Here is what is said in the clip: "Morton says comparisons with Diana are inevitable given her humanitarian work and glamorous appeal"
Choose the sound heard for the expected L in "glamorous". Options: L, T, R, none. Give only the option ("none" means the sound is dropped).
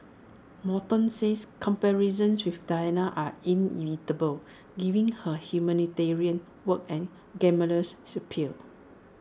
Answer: none